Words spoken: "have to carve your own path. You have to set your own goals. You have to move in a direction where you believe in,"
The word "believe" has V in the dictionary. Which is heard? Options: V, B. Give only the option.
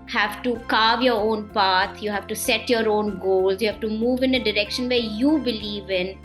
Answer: V